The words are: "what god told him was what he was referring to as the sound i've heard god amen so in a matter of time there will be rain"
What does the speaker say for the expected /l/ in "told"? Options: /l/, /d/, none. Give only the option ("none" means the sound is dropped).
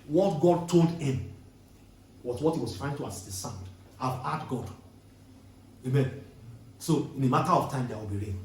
/l/